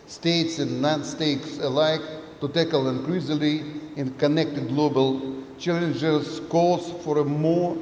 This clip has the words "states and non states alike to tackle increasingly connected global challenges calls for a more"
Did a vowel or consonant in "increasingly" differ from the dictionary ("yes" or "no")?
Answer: yes